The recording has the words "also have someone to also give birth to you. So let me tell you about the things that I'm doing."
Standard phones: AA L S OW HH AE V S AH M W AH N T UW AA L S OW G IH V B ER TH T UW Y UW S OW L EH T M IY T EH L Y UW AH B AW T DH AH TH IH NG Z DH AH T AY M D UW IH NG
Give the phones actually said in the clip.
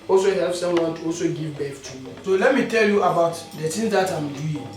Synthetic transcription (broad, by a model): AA L S OW HH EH P S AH M W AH N T UW AA L S OW G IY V B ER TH T UW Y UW S OW L EH T M IY T EH L Y UW AH B AW T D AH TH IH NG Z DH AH T AY M D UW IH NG